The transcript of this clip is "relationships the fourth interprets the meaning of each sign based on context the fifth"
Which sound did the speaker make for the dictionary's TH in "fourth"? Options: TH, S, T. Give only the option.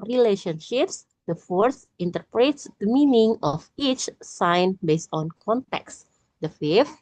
S